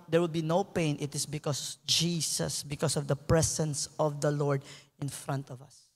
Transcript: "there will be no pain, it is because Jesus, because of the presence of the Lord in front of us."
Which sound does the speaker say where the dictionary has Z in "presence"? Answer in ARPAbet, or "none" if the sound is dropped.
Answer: S